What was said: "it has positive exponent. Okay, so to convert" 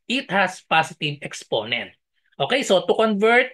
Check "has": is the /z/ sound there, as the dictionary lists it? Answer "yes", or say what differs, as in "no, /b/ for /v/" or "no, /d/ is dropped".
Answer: no, /s/ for /z/